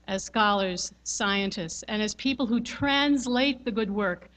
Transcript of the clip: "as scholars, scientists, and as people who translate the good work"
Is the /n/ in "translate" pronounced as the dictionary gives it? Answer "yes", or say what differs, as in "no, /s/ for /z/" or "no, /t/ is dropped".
yes